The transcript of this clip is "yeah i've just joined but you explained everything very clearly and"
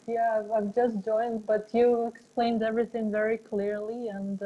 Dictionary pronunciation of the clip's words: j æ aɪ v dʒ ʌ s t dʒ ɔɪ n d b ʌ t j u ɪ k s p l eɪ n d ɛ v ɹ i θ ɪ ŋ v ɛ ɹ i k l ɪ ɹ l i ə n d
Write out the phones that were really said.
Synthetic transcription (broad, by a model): j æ aɪ v dʒ ʌ s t dʒ ɔɪ n d b ʌ t j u ɪ k s p l eɪ n d ɛ v ɹ i θ ɪ ŋ v ɛ ɹ i k l ɪ ɹ l i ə n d